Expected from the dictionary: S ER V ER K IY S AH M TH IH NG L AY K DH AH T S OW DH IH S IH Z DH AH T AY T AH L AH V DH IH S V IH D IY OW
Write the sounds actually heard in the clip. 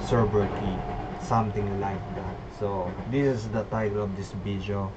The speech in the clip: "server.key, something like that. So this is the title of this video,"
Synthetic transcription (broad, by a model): S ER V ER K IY S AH M T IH NG L AY K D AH T S OW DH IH S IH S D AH T AY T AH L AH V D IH S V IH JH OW